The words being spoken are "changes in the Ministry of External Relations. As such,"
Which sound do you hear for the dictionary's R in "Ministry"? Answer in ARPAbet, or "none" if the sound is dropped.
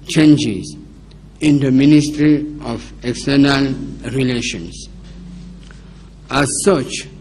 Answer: R